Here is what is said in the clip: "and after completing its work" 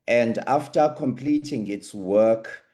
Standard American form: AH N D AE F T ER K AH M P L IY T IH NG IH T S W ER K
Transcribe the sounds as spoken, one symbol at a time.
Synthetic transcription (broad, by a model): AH N D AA F T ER K AH M P L IY T IH NG IH T S W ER K